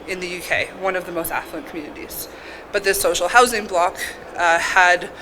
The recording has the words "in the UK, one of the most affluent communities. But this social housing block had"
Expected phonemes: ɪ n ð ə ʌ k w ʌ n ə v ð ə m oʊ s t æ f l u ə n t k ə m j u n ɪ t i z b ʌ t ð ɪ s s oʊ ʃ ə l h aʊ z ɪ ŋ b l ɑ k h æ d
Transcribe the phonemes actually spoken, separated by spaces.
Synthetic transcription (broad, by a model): ɪ n ð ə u k w ʌ n ə v ð ə m oʊ s t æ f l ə n k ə m j u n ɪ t i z b ʌ t ð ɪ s s oʊ ʃ l h aʊ z ɪ ŋ b l ɑ k h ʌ d